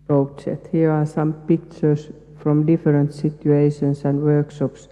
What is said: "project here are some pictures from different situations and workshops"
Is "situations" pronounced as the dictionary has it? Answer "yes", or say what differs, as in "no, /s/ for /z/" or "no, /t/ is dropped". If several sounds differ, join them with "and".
no, /s/ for /z/